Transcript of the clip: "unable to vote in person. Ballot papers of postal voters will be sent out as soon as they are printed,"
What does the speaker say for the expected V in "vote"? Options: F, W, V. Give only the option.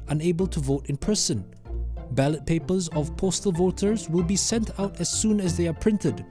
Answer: V